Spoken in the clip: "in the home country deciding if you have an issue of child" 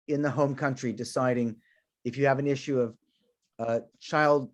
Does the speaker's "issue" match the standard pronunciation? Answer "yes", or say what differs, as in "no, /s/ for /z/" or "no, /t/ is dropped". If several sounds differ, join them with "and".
yes